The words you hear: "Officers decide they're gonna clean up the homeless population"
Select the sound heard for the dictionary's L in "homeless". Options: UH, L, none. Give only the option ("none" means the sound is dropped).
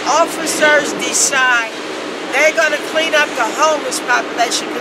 none